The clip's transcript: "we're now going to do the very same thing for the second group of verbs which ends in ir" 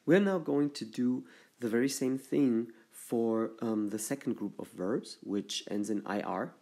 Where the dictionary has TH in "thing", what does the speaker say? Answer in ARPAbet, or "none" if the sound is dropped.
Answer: TH